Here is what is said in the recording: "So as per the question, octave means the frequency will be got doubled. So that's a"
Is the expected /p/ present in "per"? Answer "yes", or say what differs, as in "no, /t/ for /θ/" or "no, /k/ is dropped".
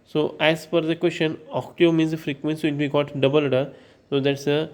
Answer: no, /f/ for /p/